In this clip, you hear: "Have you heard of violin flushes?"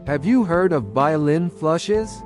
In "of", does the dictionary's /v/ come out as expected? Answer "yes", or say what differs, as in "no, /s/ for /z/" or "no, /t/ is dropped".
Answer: yes